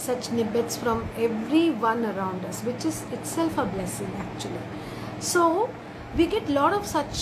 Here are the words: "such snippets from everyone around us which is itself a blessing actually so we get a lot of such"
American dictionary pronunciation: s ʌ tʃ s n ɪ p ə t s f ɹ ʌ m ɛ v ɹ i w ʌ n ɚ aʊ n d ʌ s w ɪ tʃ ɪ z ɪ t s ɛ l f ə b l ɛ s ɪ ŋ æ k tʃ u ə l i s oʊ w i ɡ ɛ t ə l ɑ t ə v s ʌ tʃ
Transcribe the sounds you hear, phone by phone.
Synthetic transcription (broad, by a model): s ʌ tʃ n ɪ b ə t s f ɹ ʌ m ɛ v ɹ i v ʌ n ɚ aʊ n d ʌ s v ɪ tʃ ɪ z ɪ t s ɛ l f ə b l ɛ s ɪ ŋ æ k tʃ u ə l i s oʊ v i ɡ ɛ t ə l ɑ t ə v s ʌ tʃ